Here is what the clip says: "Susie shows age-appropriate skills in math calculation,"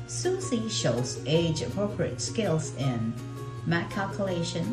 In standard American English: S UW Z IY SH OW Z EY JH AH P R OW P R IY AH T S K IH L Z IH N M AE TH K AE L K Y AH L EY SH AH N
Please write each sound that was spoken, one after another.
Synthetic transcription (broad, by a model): S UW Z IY SH OW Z EY JH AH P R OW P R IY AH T S K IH L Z IH N M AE T K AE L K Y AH L EY SH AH N